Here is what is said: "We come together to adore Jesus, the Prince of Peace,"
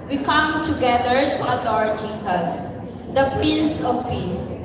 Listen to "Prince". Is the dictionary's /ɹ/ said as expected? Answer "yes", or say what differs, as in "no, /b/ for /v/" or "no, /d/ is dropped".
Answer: no, /ɹ/ is dropped